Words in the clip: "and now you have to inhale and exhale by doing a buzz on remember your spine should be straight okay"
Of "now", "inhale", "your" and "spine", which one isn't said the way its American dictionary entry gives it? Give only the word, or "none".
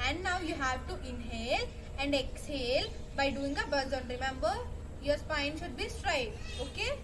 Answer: none